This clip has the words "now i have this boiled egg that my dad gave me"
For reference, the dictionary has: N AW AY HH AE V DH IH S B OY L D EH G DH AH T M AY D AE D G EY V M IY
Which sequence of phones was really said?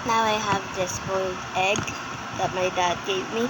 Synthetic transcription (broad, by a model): N AW AY HH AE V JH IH S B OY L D EH G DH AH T M AY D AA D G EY P M IY